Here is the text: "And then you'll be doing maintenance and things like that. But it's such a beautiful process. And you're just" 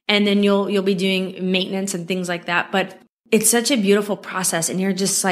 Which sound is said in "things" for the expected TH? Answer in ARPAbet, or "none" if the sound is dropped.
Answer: TH